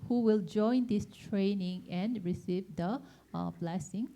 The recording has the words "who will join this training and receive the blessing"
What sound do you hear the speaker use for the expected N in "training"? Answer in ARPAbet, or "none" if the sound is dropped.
N